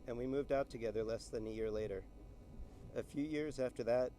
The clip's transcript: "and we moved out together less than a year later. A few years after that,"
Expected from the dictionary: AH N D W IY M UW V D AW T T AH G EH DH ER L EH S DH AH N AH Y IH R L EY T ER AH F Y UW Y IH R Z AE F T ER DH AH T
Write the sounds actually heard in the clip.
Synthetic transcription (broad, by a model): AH N W IY M UW V D AW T T AH G EH DH ER L EH S DH AH N AH Y IH R L EY T ER AH F Y UW Y IH R Z AE F T ER DH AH T